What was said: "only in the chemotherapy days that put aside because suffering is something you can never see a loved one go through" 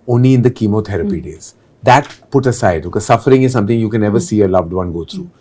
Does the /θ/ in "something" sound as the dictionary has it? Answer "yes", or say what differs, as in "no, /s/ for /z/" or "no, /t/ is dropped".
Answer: no, /t/ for /θ/